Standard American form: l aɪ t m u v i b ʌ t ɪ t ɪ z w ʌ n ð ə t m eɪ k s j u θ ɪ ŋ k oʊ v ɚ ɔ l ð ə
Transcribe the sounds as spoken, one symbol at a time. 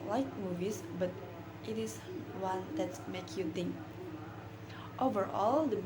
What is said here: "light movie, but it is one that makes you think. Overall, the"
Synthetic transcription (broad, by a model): l aɪ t m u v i b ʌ t ɪ t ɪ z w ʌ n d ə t m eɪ k j u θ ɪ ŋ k oʊ v ɚ ɔ l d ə